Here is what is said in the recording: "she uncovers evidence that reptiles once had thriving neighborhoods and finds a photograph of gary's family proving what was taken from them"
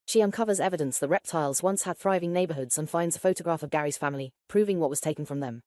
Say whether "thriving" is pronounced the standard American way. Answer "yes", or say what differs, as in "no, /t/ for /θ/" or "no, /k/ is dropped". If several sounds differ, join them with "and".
yes